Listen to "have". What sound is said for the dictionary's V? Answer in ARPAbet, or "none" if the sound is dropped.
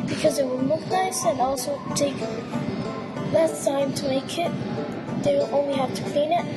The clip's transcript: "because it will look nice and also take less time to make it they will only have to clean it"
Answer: F